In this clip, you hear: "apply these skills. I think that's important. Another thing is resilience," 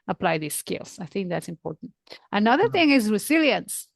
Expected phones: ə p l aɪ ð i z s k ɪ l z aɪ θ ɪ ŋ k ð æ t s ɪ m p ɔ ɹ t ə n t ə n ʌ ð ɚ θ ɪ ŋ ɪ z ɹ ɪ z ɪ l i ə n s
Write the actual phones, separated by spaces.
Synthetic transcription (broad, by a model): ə p l aɪ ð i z s k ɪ l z aɪ θ ɪ ŋ k ð æ t s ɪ m p ɔ ɹ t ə n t ə n ʌ ð ɚ θ ɪ ŋ ɪ z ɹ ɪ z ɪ l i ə n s